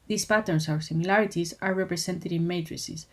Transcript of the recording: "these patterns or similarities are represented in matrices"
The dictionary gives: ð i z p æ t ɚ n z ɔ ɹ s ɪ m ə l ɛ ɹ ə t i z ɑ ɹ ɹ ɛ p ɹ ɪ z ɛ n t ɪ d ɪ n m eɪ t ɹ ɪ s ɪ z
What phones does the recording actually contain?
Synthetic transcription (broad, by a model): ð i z p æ t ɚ n s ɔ w s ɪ m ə l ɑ ɹ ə t i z ɑ ɹ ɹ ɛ p ɹ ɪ s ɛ n t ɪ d ɪ n m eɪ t ɹ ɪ s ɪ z